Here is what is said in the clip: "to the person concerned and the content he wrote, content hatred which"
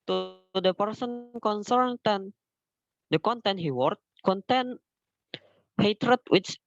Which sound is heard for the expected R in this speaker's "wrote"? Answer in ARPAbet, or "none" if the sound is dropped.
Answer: W